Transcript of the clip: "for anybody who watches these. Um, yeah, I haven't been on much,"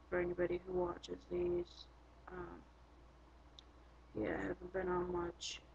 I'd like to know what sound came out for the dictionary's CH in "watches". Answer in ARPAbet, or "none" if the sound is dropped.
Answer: CH